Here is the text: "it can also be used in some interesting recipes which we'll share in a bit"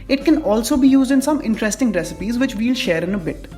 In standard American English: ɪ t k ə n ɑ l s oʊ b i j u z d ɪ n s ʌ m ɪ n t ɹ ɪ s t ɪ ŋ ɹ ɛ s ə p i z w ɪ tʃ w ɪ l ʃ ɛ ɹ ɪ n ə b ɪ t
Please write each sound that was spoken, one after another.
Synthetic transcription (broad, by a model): ɪ t k ə n ɑ l s oʊ b i j u z d ɪ n s ʌ m ɪ n t ɹ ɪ s t ɪ ŋ ɹ ɛ s ə p i z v ɪ tʃ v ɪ l ʃ ɛ ɹ ɪ n ə b ɪ t